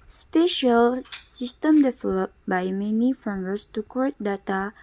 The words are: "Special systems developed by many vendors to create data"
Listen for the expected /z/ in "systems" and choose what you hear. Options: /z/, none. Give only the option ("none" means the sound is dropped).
none